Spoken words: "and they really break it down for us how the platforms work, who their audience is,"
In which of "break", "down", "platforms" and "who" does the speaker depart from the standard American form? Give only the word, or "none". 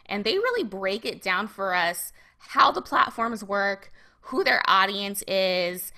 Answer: none